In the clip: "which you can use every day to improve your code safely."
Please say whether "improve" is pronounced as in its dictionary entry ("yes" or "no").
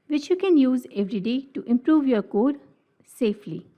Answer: yes